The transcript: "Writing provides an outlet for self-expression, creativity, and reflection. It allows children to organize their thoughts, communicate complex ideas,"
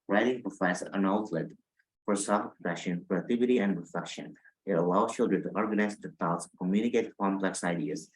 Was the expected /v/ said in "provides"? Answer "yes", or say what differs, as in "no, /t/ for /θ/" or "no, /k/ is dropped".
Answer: no, /f/ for /v/